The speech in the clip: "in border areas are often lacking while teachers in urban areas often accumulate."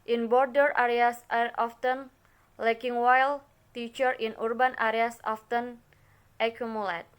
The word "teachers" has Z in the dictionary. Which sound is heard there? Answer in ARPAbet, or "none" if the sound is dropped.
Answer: none